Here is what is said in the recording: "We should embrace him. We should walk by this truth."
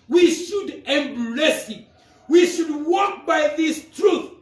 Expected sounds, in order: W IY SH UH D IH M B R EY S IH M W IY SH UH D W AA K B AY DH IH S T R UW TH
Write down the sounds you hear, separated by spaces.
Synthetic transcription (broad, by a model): W IY SH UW D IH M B L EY S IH W IY SH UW D W AA K B AY DH IH S T R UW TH